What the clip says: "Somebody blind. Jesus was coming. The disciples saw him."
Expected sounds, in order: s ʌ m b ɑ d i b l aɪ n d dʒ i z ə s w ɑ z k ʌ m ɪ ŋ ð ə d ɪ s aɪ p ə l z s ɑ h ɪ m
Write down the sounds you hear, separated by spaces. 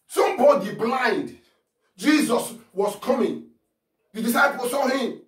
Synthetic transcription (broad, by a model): s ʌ m b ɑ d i b l aɪ n d dʒ i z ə s w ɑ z k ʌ m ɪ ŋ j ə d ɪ s aɪ p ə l s ɑ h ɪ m